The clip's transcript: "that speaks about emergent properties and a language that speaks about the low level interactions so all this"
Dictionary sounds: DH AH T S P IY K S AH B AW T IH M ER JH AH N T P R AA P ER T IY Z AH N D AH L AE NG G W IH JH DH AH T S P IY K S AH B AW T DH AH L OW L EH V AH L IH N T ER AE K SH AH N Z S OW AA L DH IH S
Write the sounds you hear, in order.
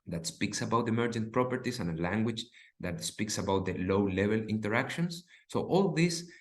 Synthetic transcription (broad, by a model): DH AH T S P IY K S AH B AW T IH M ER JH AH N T P R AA P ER T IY S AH N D AH L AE NG G W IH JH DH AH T S P IY K S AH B AW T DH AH L OW L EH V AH L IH N T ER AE K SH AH N S OW AA L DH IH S